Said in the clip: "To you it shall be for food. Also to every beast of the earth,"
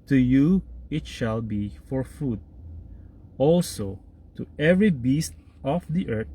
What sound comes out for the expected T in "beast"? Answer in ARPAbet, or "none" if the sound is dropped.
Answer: T